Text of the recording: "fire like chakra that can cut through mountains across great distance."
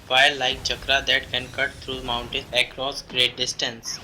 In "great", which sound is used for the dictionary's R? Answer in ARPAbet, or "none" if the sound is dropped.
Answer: R